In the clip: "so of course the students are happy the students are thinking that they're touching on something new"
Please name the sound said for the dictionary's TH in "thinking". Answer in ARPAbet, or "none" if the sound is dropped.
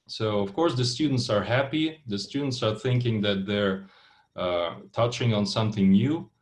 TH